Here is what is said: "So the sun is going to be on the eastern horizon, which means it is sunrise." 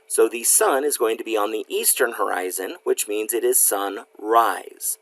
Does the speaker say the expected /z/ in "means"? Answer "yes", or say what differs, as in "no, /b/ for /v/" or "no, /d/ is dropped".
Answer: yes